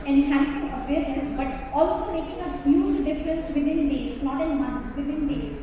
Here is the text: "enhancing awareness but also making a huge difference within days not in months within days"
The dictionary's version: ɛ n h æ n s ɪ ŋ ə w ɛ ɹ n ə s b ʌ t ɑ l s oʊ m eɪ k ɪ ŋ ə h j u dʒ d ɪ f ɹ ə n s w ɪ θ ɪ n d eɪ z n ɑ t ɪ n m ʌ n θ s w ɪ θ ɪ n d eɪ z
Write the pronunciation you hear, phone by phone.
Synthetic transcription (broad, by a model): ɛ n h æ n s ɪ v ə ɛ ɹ ə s b ʌ t ɑ l s oʊ m eɪ k ɪ ŋ ə h j u dʒ d ɪ f ɹ ə n s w ɪ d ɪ n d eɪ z n ɑ t ɪ n m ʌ n t s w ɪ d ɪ n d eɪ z